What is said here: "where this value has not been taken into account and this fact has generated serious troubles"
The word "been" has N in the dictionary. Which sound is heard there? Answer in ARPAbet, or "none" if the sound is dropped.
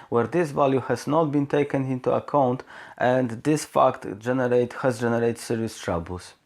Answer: N